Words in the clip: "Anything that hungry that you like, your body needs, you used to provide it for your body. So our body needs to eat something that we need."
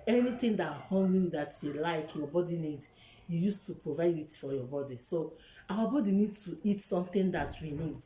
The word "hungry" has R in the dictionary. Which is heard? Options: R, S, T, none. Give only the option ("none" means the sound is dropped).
none